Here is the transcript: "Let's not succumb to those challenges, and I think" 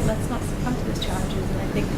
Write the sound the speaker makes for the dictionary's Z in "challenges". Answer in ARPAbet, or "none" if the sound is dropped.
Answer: Z